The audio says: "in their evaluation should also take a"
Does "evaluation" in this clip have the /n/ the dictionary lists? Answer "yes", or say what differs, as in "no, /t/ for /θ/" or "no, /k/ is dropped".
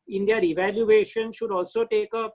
yes